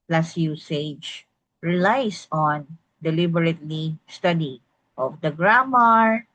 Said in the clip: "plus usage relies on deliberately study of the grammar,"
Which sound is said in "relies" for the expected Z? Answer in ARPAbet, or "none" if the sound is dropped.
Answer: S